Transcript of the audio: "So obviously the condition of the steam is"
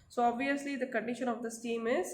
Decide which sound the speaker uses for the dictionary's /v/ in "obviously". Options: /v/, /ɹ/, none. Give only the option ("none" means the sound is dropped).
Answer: /v/